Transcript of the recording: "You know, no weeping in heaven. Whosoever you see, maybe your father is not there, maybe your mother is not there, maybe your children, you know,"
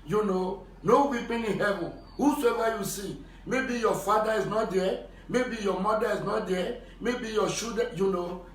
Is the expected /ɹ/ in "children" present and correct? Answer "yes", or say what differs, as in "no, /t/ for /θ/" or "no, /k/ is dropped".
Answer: no, /ɹ/ is dropped